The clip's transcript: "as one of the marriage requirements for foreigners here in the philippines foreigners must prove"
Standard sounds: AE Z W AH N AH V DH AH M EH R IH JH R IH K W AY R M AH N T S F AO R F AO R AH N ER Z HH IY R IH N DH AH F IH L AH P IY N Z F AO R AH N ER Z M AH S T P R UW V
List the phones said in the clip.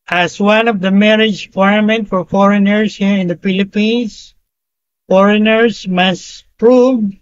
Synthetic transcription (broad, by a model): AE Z W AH N AH V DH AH M EH R IH JH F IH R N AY M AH N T F AO R F AO R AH N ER S HH IY R IH N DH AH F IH L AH P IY N S F AO R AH N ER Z M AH S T P R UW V